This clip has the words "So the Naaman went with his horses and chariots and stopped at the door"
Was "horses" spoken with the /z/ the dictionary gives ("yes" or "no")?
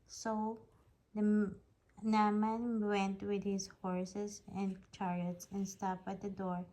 no